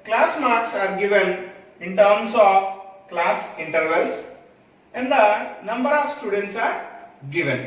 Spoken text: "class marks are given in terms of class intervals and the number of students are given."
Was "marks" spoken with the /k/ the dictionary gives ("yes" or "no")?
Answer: yes